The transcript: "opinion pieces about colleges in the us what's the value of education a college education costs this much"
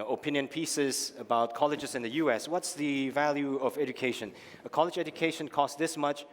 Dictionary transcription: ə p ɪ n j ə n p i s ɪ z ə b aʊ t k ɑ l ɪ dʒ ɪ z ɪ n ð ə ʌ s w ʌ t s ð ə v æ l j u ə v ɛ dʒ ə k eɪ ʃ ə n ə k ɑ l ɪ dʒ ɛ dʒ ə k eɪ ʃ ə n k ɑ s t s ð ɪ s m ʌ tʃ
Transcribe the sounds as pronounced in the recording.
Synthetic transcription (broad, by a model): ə p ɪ n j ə n p i s ɪ z ə b aʊ t k ɑ l ɪ dʒ ɪ z ɪ n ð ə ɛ s w ʌ t s ð ə v æ l j u ə v ɛ dʒ ə k eɪ ʃ ə n ə k ɑ l ɪ dʒ ɛ dʒ ə k eɪ ʃ ə n k ɑ s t ð ɪ s m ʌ tʃ